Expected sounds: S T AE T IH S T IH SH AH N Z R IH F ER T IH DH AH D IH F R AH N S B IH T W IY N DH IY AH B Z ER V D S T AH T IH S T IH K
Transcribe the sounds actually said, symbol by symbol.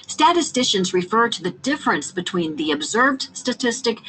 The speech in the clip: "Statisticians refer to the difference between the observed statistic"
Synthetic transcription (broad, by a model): S T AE T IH S T IH SH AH N Z R IH F ER T IH DH AH D IH F R AH N S B IH T W IY N DH IY AH B Z ER V D S T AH T IH S T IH K